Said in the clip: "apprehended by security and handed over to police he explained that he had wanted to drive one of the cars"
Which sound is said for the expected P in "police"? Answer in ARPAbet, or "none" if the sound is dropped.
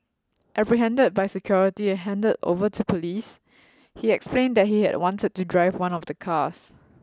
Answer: P